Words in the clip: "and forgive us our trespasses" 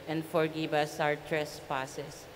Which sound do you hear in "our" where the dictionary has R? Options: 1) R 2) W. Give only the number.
2